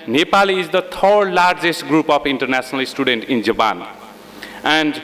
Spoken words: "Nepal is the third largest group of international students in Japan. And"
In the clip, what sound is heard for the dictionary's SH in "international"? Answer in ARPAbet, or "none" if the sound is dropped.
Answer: S